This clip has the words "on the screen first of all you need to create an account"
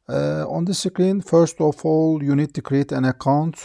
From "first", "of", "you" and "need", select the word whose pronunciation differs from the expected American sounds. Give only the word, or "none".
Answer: of